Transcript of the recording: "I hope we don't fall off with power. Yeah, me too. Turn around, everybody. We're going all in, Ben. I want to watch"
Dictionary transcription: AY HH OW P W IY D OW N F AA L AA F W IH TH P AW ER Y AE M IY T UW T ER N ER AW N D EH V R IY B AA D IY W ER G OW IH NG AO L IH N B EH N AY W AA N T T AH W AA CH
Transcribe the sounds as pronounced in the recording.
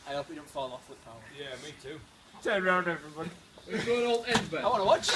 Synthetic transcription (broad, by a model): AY HH OW P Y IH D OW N F AA L AA F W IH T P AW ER Y AE M IY T UW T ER ER AW N D EH V R IY B AA D IY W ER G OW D AO L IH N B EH AY W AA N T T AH W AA CH